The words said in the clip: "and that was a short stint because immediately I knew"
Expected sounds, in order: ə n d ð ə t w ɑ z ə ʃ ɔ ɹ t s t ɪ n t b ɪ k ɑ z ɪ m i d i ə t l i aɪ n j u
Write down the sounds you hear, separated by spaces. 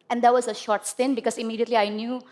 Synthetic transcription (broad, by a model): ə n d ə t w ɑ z ə ʃ ɔ ɹ t s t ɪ n b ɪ k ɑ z ɪ m i d i ə t l i aɪ n j u